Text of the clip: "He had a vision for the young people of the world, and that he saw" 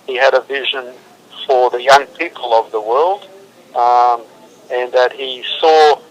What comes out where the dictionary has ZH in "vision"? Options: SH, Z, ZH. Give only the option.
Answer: ZH